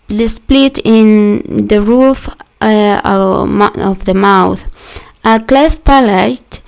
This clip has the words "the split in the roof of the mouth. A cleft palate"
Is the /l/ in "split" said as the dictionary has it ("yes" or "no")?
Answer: yes